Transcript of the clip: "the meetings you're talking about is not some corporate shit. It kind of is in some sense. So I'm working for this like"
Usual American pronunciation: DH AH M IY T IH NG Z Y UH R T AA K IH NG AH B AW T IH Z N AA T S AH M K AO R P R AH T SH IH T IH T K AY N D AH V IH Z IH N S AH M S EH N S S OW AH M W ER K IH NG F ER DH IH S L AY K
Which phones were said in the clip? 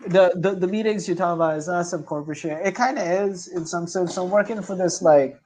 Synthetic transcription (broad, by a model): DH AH M IY T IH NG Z Y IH T AA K AH B AW T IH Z N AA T S AH M K AO R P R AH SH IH IH T K AY N D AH IH Z IH N S AH M S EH N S S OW AH M W ER K IH NG F ER DH IH S L AY K